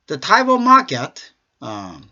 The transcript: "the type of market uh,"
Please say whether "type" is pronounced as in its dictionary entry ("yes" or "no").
no